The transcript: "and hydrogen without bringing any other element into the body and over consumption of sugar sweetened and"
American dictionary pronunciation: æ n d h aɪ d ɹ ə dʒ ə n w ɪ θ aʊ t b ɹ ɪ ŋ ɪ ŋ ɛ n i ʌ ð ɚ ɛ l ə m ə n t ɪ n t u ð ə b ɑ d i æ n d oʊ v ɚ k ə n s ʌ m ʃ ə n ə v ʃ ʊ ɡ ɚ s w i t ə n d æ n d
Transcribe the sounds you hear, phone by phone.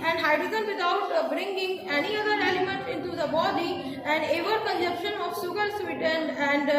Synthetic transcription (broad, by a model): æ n d h aɪ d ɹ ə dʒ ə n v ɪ t aʊ t b ɹ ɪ ŋ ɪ ŋ ɛ n i ʌ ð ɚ ɛ l ə m ə n t ɪ n t u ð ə b ɑ d i æ n d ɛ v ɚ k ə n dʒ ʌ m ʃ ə n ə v s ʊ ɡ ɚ s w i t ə n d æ n d